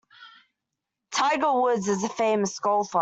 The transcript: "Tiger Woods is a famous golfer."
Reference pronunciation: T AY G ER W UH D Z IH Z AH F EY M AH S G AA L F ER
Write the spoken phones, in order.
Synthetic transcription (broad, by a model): T AY G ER W UH D Z IH Z AH F EY M AH S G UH L F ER